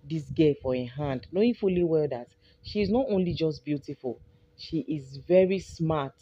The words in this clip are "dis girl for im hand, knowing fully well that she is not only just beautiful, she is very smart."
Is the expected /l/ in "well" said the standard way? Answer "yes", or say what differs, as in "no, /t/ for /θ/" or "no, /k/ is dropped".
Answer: yes